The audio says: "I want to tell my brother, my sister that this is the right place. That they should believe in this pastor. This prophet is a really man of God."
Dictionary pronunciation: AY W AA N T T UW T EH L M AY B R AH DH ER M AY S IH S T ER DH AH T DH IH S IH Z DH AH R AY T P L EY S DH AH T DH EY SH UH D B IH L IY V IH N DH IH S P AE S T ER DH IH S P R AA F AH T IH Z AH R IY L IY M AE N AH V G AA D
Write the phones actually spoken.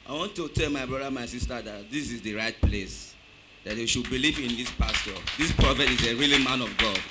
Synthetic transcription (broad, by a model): AY W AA N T T UW T EH L M AY B R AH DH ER M AY S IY S T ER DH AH T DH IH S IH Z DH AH R AY T P L EY S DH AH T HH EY SH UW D B IH L IY V IH N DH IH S P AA S T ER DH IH S P R AA F AH T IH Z AH R IY L IY M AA N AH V G AA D